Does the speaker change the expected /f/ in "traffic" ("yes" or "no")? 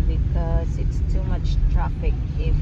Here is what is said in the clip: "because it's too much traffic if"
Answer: yes